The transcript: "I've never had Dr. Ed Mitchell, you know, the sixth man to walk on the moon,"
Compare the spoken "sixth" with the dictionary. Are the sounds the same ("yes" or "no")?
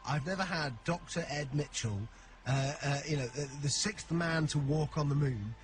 yes